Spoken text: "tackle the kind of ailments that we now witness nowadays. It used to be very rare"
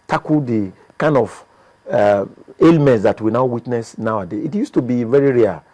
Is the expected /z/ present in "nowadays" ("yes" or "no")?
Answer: no